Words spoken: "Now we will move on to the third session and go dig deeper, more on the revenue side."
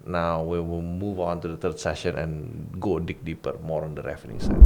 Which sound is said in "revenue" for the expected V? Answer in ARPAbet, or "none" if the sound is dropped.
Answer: F